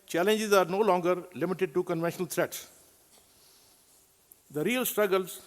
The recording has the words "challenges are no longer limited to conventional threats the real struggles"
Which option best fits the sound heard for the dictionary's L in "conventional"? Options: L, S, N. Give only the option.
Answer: L